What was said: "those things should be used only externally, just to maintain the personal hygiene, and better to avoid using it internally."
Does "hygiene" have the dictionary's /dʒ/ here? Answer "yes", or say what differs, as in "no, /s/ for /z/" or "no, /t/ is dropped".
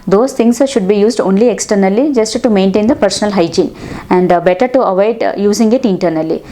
yes